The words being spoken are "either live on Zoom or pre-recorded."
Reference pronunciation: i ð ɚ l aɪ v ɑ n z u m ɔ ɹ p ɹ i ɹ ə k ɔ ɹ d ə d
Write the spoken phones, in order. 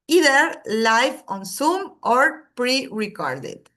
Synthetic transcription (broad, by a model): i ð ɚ l aɪ f ɑ n s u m ɔ ɹ p ɹ i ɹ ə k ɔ ɹ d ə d